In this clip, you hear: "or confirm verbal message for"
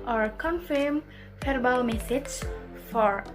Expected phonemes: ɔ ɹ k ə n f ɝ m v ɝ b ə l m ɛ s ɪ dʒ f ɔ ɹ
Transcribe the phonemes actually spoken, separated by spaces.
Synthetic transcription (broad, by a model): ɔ ɹ k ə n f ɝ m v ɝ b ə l m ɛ θ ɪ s f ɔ ɹ